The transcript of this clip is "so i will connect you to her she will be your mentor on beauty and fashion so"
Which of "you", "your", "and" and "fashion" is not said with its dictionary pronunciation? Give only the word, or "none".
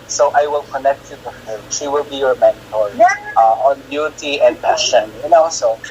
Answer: fashion